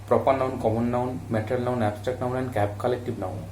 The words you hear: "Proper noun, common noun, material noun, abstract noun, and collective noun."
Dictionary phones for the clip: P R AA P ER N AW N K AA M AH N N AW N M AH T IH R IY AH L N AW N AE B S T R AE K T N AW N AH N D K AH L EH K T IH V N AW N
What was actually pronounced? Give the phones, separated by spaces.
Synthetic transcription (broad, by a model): P R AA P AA N AW N K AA M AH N N AW N M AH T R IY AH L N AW N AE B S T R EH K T N AW N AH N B K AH L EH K T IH B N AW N